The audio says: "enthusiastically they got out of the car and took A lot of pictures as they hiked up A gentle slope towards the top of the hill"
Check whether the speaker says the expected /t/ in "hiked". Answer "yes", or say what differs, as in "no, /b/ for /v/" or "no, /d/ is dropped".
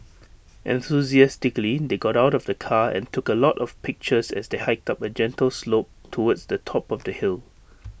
yes